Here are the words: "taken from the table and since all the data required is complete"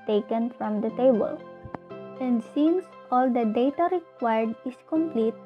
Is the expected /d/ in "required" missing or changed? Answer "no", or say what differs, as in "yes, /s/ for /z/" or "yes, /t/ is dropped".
no